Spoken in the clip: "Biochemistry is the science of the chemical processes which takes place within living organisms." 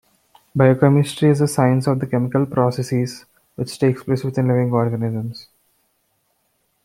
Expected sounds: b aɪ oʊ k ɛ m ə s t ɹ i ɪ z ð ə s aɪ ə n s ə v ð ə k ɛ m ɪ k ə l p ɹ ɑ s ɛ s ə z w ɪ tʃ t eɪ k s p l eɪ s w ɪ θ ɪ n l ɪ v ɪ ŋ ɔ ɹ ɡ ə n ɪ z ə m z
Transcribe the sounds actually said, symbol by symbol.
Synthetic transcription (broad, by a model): b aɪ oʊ k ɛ m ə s t ɹ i ɪ z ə s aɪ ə n s ə v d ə k ɛ m ɪ k ə l p ɹ ɑ s ɛ s ə z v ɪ tʃ t eɪ k s p l eɪ s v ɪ t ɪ n l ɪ v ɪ ŋ ɔ ɹ ɡ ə n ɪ z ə m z